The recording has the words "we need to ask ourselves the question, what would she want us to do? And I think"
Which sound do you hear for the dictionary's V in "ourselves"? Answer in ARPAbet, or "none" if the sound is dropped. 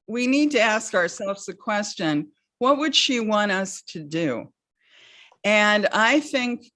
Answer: V